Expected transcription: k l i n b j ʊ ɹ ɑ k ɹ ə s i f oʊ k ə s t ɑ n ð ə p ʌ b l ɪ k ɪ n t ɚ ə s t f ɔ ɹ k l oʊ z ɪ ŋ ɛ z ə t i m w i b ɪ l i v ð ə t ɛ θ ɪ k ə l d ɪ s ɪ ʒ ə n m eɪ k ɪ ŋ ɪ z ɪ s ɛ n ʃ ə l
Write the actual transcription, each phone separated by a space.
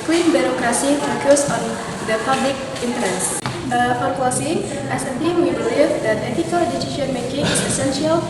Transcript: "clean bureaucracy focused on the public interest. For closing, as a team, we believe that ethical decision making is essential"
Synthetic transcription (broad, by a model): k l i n b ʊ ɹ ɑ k ɹ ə s i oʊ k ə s ɑ n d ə p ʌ b l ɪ k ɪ n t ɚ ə s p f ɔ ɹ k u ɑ s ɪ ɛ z ə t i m w i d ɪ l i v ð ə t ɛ t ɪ k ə l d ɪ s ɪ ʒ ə n m eɪ k ɪ ŋ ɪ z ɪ s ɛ n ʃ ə l